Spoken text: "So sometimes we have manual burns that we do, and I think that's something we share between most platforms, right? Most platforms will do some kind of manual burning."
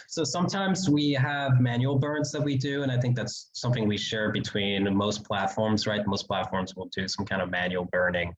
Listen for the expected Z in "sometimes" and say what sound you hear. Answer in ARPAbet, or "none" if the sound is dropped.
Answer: Z